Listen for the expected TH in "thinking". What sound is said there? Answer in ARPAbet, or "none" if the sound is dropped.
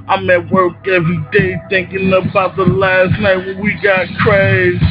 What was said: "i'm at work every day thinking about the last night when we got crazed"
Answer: TH